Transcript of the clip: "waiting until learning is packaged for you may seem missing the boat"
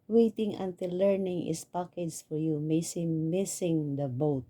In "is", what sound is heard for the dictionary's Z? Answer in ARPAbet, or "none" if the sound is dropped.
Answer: S